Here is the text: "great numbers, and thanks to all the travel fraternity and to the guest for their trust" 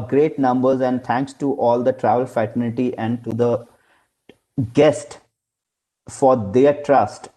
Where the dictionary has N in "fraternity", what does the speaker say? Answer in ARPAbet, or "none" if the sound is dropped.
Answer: L